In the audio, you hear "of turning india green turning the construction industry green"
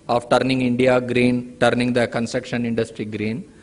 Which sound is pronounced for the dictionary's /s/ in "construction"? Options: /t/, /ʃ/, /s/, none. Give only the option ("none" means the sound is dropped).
/s/